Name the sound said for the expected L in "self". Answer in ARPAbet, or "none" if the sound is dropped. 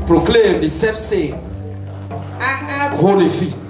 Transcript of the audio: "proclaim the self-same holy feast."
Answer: none